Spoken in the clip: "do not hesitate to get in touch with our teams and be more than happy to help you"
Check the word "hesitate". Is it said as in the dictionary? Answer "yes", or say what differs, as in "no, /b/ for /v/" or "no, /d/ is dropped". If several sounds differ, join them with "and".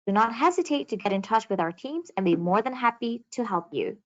yes